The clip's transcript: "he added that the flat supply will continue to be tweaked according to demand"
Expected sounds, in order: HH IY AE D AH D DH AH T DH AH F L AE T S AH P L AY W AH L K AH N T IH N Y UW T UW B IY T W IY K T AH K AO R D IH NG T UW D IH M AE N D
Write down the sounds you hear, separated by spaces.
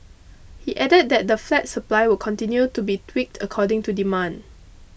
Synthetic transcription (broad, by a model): HH IY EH D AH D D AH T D AH F L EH T S AH P L AY W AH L K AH N T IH N Y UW T UW B IY T W IY K T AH K AO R D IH NG T UW D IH M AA N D